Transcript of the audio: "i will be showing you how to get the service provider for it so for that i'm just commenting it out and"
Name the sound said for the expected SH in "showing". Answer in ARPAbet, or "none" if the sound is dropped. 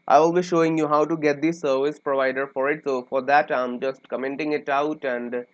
SH